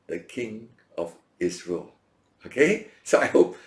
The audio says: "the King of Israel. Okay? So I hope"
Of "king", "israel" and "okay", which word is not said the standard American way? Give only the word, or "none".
israel